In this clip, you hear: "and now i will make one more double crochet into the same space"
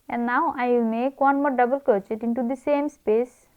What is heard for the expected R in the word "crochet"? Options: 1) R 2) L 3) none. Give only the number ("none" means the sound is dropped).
3